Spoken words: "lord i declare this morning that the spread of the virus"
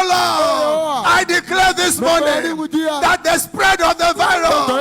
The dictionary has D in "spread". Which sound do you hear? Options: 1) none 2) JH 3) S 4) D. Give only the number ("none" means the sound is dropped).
4